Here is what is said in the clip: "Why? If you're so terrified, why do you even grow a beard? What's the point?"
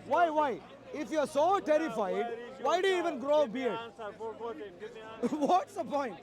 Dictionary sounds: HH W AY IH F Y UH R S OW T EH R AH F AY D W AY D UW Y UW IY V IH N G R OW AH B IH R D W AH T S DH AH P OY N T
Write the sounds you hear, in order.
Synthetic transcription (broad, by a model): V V AY IH F Y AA R S OW T EH R AH F AY D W AY D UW Y UW IY V IH N G R OW B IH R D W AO T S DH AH P OY N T